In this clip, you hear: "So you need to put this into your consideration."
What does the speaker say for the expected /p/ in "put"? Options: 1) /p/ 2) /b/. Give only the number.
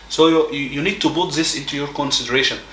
2